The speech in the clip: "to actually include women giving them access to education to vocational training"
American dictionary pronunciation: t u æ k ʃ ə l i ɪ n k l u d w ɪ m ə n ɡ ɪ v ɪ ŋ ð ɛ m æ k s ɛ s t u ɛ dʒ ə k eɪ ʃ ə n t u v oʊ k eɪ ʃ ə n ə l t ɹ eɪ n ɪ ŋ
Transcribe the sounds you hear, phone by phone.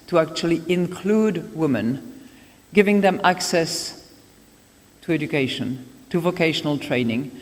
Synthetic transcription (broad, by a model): t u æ k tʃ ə l i ɪ n k l u d w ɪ m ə n ɡ ɪ v ɪ ŋ ð ɛ m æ k s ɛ s t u ɛ dʒ ə k eɪ ʃ ə n t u v oʊ k eɪ ʃ ə n ə l t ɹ eɪ n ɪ ŋ